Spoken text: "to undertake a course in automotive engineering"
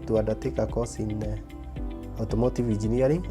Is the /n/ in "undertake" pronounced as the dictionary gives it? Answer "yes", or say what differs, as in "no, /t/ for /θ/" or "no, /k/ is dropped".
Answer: no, /n/ is dropped